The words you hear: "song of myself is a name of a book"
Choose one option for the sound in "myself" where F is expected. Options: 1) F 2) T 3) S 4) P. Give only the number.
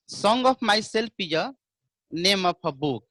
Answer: 4